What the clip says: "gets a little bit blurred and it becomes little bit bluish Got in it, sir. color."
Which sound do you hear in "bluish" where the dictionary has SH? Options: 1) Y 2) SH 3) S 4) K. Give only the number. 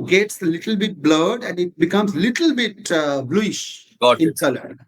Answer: 2